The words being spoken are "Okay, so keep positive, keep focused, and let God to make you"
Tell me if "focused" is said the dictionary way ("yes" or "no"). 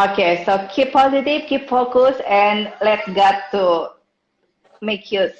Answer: no